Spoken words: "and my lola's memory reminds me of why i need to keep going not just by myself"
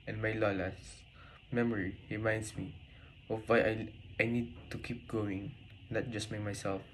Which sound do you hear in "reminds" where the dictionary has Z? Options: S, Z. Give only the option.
S